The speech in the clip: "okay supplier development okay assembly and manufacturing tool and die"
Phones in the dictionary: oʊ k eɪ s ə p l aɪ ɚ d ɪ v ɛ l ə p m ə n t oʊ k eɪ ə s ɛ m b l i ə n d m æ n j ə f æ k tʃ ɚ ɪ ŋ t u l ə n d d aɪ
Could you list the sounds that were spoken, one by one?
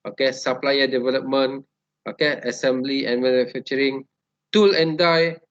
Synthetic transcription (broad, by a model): oʊ k eɪ s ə p l aɪ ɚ d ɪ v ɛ l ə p m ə n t oʊ k eɪ ə s ɛ m b l i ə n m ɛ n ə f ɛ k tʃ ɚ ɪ ŋ t u l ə n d d aɪ